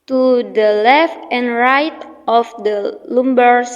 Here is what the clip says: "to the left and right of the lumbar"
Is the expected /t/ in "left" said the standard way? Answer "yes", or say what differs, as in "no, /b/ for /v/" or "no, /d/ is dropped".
yes